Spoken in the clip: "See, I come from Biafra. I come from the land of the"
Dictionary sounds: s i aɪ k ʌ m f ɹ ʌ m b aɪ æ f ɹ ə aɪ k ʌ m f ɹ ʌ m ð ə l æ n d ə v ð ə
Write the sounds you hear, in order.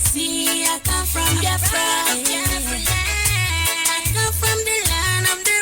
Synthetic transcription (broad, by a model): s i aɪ k ʌ m f ɹ ʌ m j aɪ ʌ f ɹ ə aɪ k ʌ m f ɹ ʌ m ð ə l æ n ə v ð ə